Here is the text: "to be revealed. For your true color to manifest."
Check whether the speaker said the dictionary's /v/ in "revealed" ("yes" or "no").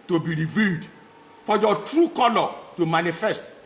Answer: yes